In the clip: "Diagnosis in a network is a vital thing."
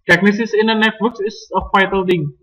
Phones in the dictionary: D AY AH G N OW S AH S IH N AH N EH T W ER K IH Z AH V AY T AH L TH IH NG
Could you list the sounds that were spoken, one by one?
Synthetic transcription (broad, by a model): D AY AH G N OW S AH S IH N AH N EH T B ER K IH S AH F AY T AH L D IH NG